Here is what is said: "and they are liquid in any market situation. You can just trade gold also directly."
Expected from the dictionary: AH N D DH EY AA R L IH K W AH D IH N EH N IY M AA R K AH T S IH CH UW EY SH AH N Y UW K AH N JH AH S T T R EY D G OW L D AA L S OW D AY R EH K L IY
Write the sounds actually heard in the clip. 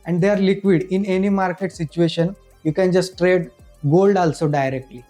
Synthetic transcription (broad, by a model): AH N D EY AA R L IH K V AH D IH N EH N IY M AA R K AH T S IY CH UW EY SH AH N Y UW K AH N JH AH S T T R EY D G OW L D AA L S OW D AY R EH K L IY